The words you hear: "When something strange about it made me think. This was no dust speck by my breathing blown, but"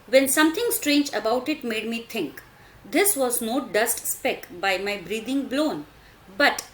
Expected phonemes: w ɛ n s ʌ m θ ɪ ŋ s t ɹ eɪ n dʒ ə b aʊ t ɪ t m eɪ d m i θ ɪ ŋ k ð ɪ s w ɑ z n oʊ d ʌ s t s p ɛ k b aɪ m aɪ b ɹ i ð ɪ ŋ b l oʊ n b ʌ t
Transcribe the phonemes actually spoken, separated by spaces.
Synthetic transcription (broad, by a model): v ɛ n s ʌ m t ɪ ŋ s t ɹ eɪ n dʒ ə b aʊ t ɪ t m eɪ d m i t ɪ ŋ k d ɪ s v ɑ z n oʊ d ʌ s t s p ɛ k b aɪ m aɪ b ɹ i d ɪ ŋ b l oʊ n b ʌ t